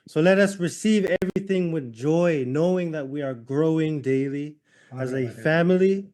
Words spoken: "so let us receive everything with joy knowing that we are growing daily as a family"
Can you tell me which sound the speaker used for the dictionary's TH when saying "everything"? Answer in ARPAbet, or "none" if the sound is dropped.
TH